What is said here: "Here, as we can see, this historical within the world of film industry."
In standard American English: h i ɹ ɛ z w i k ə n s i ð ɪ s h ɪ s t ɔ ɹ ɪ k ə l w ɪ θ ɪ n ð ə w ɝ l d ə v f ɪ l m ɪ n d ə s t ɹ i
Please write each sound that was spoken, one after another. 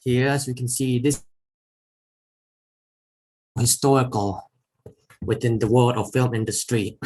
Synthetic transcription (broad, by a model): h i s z w i k ə n s i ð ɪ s h ɪ s t ɔ ɹ ɪ k ə l w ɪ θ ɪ n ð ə w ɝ l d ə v f ɪ l m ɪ n d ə s t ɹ i